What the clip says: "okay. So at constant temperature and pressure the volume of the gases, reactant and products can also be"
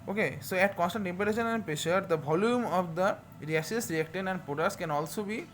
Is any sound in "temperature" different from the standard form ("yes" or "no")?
yes